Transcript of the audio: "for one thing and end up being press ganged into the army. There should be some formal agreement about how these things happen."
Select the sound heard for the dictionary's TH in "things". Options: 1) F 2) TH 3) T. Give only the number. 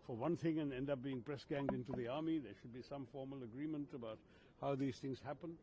2